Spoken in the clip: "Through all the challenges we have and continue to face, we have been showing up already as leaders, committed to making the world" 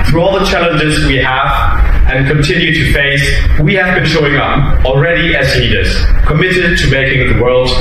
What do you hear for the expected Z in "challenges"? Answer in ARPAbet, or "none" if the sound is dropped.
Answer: Z